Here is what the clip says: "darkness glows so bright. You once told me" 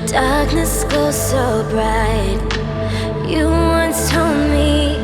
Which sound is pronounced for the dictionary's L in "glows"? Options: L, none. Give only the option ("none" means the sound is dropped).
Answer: none